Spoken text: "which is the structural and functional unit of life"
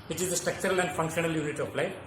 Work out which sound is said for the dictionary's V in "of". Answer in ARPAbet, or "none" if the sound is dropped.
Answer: P